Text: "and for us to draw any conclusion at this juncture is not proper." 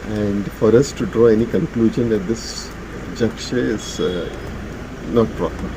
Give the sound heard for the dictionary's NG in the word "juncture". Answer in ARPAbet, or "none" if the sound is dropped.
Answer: none